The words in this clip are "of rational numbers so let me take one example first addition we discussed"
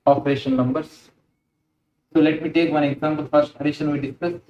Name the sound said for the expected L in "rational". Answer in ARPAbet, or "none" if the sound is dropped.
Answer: N